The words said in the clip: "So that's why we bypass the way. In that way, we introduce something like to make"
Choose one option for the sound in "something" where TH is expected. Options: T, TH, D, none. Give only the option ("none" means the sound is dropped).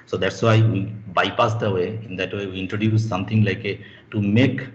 T